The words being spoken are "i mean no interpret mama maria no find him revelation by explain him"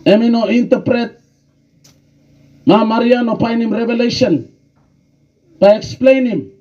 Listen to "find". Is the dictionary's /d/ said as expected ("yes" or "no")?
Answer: no